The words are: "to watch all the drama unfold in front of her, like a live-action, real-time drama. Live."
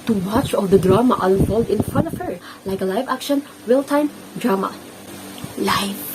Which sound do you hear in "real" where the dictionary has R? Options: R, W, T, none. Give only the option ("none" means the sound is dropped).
W